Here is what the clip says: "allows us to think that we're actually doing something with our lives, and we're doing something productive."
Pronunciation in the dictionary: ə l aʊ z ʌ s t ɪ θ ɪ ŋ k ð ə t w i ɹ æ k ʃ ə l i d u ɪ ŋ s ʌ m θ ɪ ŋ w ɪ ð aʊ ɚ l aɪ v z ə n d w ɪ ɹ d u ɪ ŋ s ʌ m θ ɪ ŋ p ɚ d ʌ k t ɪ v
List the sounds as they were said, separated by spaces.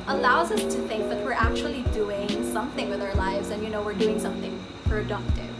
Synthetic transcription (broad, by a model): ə l aʊ z ʌ s t ɪ θ ɪ ŋ k ð ə t w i ɹ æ k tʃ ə l i d u ɪ ŋ s ʌ m θ ɪ ŋ w ɪ ð aʊ ɚ l aɪ v z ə n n w ɪ ɹ d u ɪ ŋ s ʌ m θ ɪ ŋ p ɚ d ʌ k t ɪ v